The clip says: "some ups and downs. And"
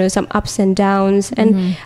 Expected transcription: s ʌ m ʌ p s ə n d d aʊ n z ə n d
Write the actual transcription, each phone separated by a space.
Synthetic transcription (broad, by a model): s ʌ m ʌ p s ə n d d aʊ n z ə n